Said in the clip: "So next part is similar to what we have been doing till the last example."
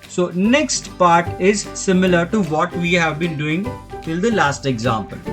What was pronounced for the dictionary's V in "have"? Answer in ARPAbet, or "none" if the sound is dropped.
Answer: V